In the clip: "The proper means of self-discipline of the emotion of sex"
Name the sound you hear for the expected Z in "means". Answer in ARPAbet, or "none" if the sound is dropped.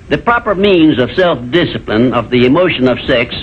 Z